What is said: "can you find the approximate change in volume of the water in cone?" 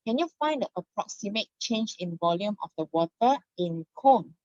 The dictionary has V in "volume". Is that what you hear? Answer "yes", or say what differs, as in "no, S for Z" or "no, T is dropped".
yes